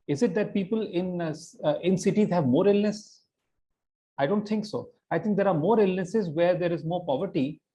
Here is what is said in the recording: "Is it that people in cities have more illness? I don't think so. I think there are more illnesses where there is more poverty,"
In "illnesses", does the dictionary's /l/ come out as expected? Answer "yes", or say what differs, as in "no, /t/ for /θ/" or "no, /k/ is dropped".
yes